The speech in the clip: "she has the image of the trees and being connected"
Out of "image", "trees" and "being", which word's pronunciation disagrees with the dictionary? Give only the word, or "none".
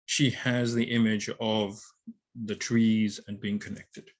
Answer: none